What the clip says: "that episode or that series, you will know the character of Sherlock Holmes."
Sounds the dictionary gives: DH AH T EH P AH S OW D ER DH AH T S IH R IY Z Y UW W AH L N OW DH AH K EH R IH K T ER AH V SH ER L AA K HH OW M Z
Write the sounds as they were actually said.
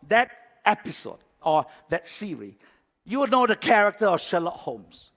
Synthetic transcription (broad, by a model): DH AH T EH P AH S OW D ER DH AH T S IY R IY Y UW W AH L N OW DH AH K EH R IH K T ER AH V SH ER L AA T HH OW M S